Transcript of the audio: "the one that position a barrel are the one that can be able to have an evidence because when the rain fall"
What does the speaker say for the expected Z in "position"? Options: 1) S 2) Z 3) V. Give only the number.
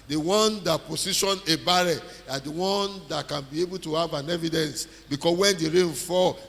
1